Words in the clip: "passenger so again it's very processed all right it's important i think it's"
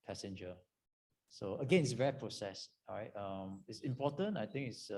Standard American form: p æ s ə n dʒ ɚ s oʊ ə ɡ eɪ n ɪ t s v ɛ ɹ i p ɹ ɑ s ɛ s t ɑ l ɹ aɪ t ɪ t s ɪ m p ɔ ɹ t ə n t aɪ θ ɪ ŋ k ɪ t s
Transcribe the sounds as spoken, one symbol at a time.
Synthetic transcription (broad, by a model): p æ s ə n dʒ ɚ s oʊ ə ɡ eɪ n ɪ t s v ɛ ɹ i p ɹ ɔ s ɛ s ɑ ɹ aɪ t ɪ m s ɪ m p ɔ t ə n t aɪ t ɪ ŋ k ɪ t s